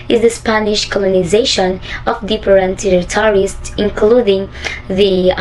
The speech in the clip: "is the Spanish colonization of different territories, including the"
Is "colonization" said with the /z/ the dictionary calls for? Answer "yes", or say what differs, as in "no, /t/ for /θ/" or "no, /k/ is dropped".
yes